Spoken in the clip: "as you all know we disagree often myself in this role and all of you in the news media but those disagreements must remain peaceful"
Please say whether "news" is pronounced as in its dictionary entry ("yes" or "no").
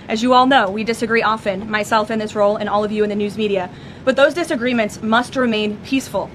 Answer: yes